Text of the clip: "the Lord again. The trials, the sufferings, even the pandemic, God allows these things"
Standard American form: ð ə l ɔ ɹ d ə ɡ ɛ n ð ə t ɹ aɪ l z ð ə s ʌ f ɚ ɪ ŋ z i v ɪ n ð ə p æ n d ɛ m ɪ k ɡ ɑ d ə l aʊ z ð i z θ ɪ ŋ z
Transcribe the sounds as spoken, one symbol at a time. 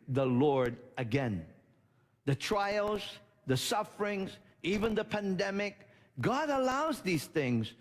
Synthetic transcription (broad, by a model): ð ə l ɔ ɹ d ə ɡ ɛ n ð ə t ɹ aɪ l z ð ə s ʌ f ɚ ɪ ŋ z i v ɪ n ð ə p æ n d ɛ m ɪ k ɡ ɑ d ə l aʊ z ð i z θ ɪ ŋ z